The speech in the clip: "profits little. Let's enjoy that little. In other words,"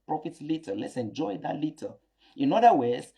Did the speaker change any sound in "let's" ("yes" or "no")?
no